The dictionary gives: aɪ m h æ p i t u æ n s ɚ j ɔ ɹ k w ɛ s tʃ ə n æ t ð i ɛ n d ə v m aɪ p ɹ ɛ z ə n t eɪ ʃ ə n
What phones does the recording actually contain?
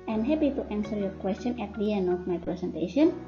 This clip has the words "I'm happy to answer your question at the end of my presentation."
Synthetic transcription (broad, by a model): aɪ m h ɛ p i t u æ n s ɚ j ɔ ɹ k w ɛ s tʃ ə n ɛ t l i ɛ n ə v m aɪ p ɹ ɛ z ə n t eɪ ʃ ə n